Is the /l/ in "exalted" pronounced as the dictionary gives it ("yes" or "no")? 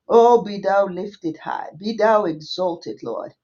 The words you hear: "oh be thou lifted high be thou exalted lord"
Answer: yes